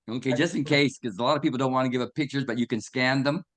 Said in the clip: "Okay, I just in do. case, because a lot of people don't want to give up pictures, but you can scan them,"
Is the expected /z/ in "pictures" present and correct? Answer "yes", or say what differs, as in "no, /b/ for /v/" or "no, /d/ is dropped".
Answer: yes